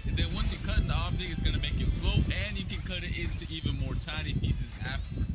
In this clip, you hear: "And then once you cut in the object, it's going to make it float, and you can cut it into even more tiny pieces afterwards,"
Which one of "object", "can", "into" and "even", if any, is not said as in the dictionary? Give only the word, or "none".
object